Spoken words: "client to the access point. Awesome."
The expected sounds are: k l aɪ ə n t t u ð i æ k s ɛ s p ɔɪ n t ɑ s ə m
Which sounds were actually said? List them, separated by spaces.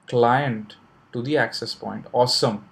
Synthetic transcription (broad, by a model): k l aɪ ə n t t u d i æ k s ɛ s p ɔɪ n t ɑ s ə m